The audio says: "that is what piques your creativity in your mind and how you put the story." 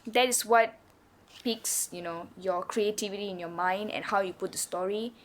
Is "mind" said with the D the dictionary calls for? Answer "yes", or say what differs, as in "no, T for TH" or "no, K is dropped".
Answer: yes